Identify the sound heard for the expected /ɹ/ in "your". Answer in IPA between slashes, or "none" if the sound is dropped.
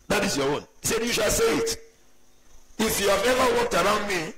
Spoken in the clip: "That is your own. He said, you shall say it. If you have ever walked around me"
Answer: /w/